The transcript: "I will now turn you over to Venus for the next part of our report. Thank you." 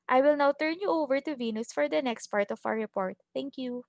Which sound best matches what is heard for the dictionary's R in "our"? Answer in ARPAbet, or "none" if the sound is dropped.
W